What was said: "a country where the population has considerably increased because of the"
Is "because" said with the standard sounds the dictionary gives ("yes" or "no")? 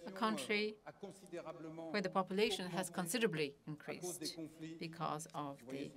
yes